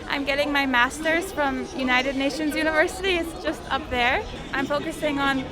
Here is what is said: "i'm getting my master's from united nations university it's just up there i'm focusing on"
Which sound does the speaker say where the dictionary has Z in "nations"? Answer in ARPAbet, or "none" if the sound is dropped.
Z